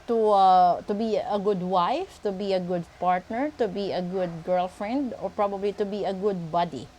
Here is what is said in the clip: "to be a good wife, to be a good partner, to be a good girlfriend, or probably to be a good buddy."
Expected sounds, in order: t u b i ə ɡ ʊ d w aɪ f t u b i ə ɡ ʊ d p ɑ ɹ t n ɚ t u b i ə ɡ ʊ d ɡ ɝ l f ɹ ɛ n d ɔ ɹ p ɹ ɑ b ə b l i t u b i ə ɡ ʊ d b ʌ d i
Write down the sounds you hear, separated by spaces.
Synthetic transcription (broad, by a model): t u b i ə ɡ ʊ d w aɪ f t u b i ə ɡ ʊ d p ɑ ɹ t n ɚ t u b i ə ɡ ʊ d ɡ ɝ l f ɹ ɛ n d ɔ ɹ p ɹ ɑ b ə b l i t u b i ə ɡ ʊ d b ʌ d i